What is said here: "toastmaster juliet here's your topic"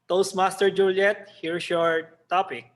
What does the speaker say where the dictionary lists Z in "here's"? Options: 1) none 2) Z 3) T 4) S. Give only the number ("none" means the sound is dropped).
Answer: 4